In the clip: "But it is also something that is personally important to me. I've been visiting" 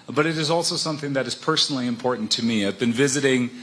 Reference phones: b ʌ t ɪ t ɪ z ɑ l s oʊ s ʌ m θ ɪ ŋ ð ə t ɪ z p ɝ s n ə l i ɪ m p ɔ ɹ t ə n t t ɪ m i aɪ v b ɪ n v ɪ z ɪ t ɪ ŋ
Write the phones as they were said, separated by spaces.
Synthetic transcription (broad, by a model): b ʌ t ɪ t ɪ z ɑ l s oʊ s ʌ m θ ɪ ŋ ð ə t ɪ z p ɝ s n l i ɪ m p ɔ ɹ t n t t ɪ m i aɪ v b ɪ n v ɪ z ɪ t ɪ ŋ